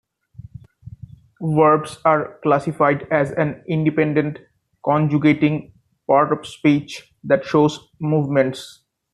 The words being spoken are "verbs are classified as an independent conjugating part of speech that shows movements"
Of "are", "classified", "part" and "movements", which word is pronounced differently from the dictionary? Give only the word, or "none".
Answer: none